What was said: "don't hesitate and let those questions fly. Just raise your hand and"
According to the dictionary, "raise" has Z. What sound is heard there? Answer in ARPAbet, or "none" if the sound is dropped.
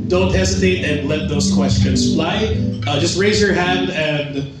Z